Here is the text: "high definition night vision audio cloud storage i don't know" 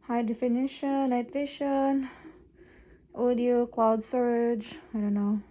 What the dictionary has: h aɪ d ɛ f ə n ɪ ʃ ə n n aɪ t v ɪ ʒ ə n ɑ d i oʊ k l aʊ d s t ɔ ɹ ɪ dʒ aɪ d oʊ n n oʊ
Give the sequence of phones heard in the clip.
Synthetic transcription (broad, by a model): h aɪ d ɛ f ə n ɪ ʃ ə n n aɪ t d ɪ ʃ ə n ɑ d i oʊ k l aʊ d s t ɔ ɹ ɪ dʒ aɪ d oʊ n n oʊ